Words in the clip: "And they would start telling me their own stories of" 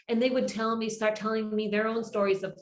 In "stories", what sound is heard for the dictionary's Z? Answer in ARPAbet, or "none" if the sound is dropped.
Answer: Z